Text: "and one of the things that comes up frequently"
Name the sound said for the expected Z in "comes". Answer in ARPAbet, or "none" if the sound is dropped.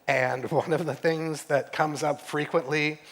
Z